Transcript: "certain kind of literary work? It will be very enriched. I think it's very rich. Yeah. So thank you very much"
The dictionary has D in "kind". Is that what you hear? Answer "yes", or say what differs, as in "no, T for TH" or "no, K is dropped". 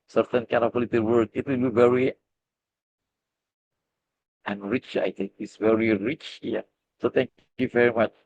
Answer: no, D is dropped